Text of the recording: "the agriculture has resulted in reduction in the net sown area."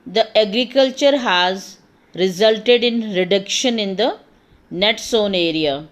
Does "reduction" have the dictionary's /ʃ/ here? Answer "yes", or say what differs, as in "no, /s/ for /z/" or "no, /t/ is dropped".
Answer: yes